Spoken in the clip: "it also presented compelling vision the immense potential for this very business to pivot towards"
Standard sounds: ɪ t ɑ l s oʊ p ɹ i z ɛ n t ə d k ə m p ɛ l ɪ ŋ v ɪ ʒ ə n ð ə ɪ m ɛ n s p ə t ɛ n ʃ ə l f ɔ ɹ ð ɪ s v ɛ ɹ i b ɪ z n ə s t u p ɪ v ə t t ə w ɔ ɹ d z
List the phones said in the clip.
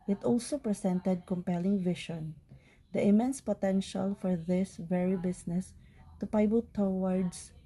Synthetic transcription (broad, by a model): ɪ t ɑ l s oʊ p ɹ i s ɛ n t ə d k ə m p ɛ l ɪ ŋ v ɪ ʃ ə n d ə ɪ m ɛ n s p ə t ɛ n ʃ ə l f ɔ ɹ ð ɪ s v ɛ ɹ i b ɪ s n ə s t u p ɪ b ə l t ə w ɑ ɹ d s